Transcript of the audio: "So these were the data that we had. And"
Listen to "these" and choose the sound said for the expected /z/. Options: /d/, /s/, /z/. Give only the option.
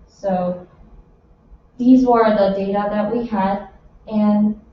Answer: /z/